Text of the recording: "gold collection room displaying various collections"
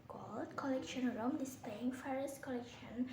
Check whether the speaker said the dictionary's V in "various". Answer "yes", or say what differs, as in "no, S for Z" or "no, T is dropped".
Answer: no, F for V